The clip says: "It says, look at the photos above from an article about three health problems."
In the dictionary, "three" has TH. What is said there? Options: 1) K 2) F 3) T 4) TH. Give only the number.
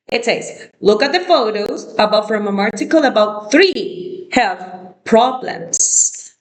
4